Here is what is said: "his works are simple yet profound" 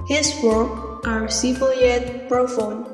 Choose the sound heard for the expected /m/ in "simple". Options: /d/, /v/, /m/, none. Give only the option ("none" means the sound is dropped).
none